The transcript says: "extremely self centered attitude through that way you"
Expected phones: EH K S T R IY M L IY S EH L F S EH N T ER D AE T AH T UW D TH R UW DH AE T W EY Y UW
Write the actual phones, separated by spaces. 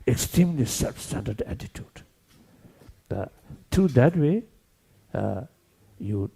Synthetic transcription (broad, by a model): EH K S T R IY M L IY S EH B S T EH N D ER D AE T AH T UW D T R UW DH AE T W EY Y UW